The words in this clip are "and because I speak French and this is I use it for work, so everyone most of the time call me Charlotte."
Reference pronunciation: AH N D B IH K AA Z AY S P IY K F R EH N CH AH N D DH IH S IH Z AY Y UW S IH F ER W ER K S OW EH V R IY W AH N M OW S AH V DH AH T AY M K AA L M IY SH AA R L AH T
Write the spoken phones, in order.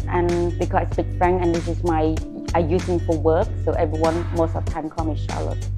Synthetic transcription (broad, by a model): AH N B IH K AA S AY S P IY K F R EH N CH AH N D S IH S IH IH AY Y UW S IH F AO W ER K S OW EH V R IY W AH N M OW S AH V T AY M K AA M IY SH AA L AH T